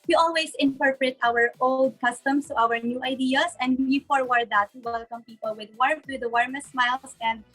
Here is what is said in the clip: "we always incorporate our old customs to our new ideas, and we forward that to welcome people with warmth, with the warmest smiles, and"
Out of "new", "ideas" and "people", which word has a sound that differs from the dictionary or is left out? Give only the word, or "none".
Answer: ideas